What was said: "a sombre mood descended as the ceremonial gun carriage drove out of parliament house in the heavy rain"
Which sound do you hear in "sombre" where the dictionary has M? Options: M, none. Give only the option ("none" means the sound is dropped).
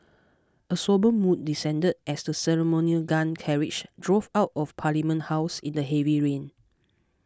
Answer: none